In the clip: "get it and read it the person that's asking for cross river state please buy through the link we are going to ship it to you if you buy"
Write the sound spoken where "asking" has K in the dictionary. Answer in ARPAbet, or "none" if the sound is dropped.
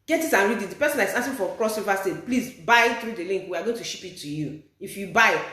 none